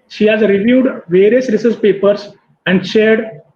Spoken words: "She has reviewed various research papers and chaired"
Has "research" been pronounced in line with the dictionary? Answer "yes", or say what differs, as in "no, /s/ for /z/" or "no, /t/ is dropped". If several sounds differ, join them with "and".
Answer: no, /s/ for /tʃ/